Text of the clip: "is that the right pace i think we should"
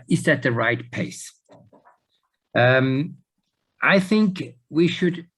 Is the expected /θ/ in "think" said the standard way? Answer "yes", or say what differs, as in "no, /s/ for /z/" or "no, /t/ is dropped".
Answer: yes